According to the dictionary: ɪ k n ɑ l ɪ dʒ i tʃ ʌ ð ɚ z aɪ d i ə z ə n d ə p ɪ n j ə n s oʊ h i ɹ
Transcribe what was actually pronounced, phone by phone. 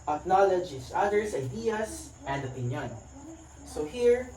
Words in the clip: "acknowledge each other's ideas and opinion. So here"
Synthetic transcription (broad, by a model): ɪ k n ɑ l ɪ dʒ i s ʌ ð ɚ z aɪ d i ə s ə n d ə p ɪ n j ə n s oʊ h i ɹ